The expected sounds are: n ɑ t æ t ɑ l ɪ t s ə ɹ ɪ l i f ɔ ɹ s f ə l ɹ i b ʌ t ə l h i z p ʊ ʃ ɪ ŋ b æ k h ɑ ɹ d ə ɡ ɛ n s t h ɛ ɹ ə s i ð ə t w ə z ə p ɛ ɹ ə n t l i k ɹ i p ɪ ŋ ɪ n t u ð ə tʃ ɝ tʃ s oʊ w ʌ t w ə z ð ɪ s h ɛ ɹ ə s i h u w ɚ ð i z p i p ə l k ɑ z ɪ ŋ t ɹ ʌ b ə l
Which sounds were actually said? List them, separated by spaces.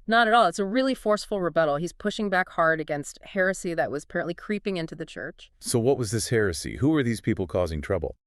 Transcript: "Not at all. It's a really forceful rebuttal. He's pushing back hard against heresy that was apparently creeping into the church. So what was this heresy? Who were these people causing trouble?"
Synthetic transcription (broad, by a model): n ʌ t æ t ɑ l ɪ t s ə ɹ ɪ l i f ɔ ɹ s f l ɹ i b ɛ t l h i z p ʊ ʃ ɪ ŋ b æ k h ɑ ɹ d ə ɡ ɛ n s t h ɛ ɹ ə s i ð ə t w ə z ə p ɛ ɹ ə n t l i k ɹ i p ɪ ŋ ɪ n t u ð ə tʃ ɝ tʃ s oʊ w ʌ t w ə z ð ɪ s h ɛ ɹ ə s i h u w ɚ ð i z p i p l k ɑ z ɪ ŋ t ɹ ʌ b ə l